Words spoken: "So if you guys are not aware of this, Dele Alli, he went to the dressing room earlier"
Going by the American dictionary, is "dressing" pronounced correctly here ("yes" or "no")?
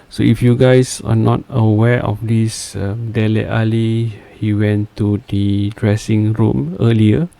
yes